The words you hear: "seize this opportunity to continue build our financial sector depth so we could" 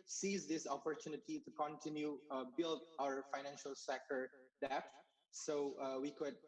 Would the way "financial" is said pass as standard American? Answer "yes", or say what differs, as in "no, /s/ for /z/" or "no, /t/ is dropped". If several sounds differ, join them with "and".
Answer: yes